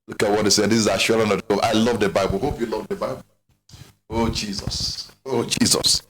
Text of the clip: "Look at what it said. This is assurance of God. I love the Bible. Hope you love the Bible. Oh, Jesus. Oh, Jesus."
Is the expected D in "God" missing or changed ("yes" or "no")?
yes